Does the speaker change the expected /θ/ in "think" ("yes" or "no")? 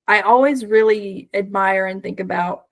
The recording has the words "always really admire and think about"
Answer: no